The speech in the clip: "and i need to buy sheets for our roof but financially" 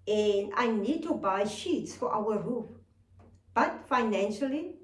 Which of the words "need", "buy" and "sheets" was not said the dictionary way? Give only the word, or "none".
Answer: none